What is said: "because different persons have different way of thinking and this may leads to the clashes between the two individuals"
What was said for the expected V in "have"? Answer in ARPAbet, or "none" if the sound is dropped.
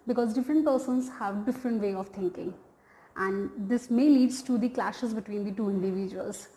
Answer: V